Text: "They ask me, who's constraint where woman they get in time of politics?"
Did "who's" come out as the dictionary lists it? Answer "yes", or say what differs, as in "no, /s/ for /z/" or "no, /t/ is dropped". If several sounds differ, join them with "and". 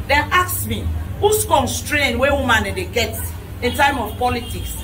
no, /s/ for /z/